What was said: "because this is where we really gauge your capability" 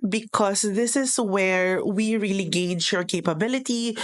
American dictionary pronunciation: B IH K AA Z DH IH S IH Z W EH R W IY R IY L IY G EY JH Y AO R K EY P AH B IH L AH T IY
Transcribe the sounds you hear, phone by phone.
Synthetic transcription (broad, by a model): B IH K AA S DH IH S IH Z W EH R W IY R IY L IY G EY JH Y AO R K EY P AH B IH L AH T IY